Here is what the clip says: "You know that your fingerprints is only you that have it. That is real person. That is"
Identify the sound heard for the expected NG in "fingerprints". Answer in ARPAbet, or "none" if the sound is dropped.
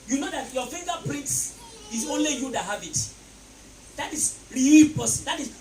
none